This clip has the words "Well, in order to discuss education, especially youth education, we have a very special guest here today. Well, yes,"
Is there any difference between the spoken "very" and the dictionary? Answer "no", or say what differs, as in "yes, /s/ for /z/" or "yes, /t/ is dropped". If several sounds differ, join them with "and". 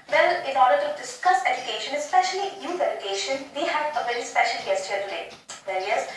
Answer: yes, /l/ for /ɹ/